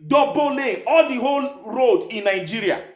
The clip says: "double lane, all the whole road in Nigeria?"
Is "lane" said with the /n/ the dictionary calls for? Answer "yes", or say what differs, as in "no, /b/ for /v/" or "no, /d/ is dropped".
no, /n/ is dropped